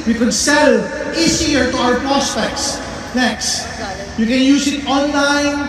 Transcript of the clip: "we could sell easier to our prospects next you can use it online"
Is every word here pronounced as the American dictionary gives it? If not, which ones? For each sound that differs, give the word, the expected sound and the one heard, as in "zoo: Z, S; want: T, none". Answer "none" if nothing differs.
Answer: easier: Z, S